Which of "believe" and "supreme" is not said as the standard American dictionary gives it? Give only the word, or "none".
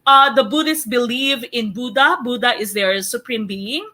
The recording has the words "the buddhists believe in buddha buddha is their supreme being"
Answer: none